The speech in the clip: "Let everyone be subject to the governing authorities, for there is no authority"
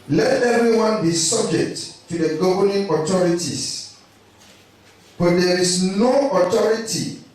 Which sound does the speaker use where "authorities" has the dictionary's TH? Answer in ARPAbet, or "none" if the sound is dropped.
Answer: T